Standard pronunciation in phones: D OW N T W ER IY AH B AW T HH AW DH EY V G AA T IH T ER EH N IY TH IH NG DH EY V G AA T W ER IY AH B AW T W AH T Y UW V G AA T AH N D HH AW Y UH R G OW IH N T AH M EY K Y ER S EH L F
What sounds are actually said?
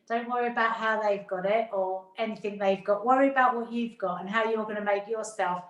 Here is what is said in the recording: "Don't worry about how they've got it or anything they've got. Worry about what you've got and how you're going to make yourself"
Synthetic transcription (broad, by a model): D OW N T W ER IY AH B AW T HH AW DH EY V G AA T IH T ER EH N IY TH IH NG DH EY V G AA T W ER IY AH B AW T W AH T Y UW V G AA T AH N HH AW Y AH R G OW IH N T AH M EY K Y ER S EH L F